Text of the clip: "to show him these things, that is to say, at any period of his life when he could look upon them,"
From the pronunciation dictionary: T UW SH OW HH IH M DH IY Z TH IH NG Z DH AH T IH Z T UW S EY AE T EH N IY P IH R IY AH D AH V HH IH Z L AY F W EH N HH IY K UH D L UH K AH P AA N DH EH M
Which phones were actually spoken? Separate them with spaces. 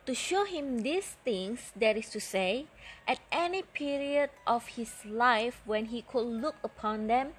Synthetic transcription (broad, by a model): T UW SH OW HH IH M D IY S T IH NG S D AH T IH S T UW S EY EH T EH N IY P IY R IY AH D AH F HH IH S L AY F W EH N HH IY K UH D L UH K AH P AA N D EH M